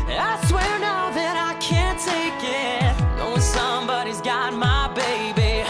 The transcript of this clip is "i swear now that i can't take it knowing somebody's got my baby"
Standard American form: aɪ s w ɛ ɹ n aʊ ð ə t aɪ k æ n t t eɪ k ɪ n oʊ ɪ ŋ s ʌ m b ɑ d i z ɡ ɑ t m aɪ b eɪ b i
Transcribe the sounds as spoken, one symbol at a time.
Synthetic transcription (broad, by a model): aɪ s w ɛ ɹ n aʊ ð ə t aɪ k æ n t t eɪ k ɪ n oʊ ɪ s ʌ m b ɑ d i z ɡ ɑ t m aɪ b eɪ b i